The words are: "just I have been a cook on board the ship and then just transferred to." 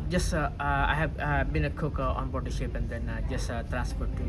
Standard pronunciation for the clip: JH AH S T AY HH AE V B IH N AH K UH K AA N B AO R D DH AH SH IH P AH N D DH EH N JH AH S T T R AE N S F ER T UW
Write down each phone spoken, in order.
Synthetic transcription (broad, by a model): JH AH S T AY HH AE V B IH N AH K UH K AA N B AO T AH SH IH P AH N D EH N JH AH S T T R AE N S P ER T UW